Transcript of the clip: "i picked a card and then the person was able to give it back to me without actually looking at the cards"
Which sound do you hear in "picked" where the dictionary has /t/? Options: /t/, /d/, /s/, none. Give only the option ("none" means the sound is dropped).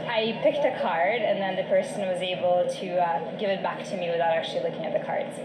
/t/